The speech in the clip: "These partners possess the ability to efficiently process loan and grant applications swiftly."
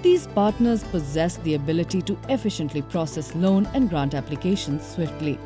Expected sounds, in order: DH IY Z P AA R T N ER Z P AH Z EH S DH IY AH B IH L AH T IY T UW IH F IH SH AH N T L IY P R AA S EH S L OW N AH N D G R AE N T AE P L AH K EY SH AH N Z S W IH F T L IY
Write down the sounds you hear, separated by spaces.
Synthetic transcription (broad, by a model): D IY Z P AA R T N ER Z P AH Z EH S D IY AH B IH L AH T IY T UW IH F IH SH AH N T L IY P R AA S EH S L OW N AH N D G R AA N T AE P L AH K EY SH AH N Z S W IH F T L IY